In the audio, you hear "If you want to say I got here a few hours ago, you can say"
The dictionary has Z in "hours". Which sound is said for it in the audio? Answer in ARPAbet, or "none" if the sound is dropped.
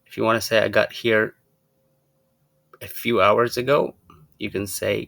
Z